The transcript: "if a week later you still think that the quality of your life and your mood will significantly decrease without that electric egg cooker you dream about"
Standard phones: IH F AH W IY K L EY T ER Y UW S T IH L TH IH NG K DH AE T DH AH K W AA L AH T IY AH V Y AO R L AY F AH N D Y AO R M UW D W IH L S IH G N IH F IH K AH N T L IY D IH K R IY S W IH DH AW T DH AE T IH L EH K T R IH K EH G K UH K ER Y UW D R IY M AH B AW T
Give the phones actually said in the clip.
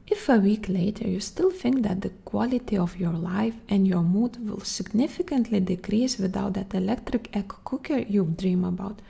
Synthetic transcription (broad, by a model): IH F AH W IY K L EY T ER Y UW S T IH L TH IH NG K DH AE T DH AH K W AA L AH T IY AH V Y AO R L AY F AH N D Y AO R M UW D W IH L S IH G N IH F IH K AH N T L IY D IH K R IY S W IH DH AW T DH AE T IH L EH K T R IH K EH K K UH K ER Y UW D R IY M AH B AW T